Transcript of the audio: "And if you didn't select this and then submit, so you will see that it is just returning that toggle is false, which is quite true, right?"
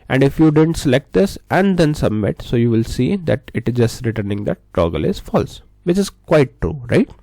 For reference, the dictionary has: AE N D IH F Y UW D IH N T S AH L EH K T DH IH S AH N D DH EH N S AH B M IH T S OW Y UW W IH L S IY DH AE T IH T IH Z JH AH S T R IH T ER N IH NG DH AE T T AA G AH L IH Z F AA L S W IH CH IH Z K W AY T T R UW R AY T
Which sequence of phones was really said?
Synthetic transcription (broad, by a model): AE N D IH F Y UW D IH N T S AH L EH K T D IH S AH N D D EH N S AH B M IH T S OW Y UW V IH L S IY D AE T IH T IH Z JH AH S T R IH T ER N IH NG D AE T T AA G AH L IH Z F AA L S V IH CH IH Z K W AY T T R UW R AY T